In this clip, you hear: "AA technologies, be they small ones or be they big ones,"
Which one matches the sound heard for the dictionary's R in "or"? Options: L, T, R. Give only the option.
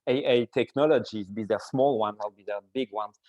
L